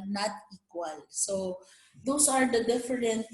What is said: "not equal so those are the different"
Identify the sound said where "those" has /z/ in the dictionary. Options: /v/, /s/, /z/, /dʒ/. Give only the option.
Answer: /s/